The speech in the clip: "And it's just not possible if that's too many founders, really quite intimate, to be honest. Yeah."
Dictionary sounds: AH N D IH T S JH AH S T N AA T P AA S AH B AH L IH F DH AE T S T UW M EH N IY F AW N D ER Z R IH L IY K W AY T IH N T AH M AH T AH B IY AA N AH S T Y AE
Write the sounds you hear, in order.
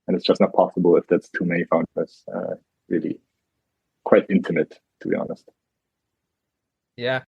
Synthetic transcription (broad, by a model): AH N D IH T S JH AH S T N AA T P AA S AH B L IH F DH AE T S T UW M EH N IY F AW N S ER R IH L IY K W AY T IH N T AH M AH T AH B IY AA N AH S T Y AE